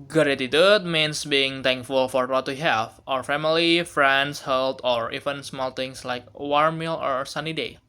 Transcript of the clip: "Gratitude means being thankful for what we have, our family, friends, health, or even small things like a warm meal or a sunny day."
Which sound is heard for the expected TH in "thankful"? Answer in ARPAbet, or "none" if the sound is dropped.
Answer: T